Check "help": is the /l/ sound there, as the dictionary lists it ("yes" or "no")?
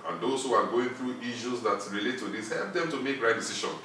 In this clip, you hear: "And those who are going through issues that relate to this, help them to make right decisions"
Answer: yes